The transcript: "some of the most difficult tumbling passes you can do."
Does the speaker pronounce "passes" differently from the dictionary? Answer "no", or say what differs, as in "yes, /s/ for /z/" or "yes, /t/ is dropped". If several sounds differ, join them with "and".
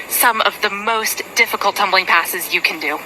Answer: no